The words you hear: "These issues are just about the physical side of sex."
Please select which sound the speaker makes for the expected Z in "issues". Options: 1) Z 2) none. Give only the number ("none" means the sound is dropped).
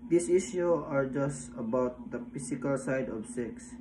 2